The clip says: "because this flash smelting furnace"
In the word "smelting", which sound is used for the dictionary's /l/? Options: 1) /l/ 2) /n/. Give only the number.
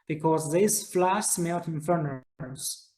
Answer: 2